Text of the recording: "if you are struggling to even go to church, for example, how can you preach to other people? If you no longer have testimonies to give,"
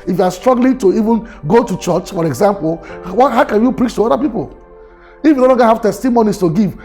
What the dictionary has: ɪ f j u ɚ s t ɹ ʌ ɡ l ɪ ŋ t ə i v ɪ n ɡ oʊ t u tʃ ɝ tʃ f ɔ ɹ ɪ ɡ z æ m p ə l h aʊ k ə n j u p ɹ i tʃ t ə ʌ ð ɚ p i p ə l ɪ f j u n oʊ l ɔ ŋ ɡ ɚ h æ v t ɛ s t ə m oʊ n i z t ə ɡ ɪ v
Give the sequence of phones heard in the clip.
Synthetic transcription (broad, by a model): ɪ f j u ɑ s t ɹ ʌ ɡ l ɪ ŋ t ə i v ɪ n ɡ oʊ t u tʃ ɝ tʃ f ɔ ɹ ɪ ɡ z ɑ m p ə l h aʊ k ə n j u p ɹ i tʃ t ə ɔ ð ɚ p i p ə l ɪ f j u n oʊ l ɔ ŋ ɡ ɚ h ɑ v t ɛ s t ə m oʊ n i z t ə ɡ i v